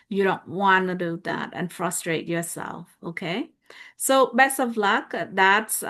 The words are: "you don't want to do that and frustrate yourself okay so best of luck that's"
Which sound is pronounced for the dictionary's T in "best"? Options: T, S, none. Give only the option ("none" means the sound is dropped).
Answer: none